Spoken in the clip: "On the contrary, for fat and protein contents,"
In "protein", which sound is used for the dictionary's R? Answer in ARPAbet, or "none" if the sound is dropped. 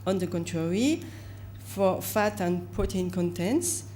none